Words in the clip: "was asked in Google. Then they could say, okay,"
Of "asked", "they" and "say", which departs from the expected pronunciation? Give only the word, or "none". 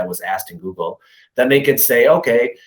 none